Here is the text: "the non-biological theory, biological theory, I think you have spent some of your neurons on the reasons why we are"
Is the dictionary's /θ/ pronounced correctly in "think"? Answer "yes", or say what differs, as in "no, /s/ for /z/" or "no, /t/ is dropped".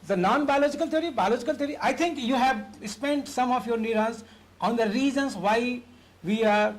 no, /t/ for /θ/